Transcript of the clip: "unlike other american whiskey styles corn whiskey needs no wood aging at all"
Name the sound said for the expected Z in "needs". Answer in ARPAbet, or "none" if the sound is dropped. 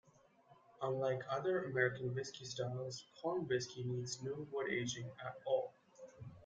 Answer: Z